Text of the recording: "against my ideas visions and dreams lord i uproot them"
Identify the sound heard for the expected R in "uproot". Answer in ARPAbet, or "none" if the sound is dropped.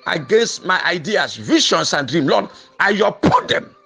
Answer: none